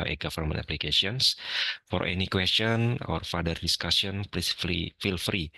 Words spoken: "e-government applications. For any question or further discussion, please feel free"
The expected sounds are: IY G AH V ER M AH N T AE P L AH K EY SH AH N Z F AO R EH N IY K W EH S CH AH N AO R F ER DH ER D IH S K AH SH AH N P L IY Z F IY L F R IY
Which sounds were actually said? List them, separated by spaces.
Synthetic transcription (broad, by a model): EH G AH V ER M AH N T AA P L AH K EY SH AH N S F AO R EH N IY K W EH S CH AH N AO R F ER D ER D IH S K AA S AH N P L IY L F IY L F R IY